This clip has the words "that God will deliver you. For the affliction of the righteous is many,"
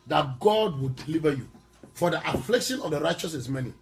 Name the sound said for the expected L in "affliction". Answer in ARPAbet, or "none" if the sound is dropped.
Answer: L